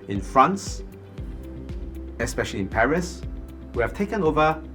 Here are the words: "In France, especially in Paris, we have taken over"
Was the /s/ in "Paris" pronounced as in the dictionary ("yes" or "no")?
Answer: yes